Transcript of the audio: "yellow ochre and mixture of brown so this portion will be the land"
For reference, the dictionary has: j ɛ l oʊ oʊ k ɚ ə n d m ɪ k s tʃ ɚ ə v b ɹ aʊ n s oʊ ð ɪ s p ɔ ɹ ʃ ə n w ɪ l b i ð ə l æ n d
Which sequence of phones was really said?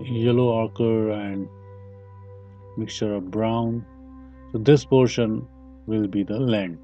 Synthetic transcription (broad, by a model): j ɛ l oʊ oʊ k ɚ ə n d m ɪ k s tʃ ɚ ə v b ɹ aʊ n s oʊ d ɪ s p ɔ ɹ ʃ ə n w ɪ l b i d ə l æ n d